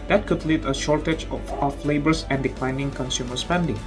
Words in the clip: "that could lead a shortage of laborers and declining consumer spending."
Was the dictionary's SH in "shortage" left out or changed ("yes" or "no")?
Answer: no